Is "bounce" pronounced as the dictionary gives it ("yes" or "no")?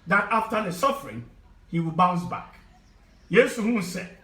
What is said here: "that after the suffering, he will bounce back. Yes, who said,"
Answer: yes